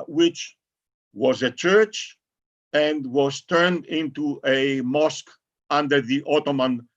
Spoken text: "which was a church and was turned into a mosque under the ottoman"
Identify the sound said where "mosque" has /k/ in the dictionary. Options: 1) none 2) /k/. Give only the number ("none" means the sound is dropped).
2